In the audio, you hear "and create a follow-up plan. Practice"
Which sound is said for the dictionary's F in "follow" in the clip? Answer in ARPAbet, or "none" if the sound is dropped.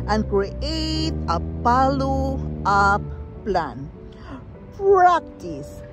P